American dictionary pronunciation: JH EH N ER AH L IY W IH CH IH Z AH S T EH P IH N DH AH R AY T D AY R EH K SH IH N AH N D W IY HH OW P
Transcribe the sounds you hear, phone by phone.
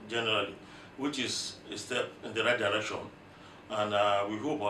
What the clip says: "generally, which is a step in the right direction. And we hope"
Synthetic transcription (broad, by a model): JH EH N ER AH L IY W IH CH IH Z AH S T EH P IH N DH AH R AY T D AY R EH K SH IH N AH N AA W IY HH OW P